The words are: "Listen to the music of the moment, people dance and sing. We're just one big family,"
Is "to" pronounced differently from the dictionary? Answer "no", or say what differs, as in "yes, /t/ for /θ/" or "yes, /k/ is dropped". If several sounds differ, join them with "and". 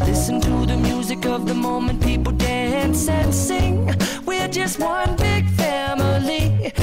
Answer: no